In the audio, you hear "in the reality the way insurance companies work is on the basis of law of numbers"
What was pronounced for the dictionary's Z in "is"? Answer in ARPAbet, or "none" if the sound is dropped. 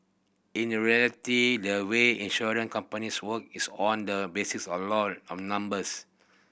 S